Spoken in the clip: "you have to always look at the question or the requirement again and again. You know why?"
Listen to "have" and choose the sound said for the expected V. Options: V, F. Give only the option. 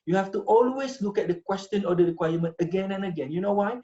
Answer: F